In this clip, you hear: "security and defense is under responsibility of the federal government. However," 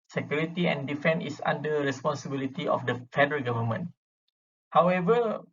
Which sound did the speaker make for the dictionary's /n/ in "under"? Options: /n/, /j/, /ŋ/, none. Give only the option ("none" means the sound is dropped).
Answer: none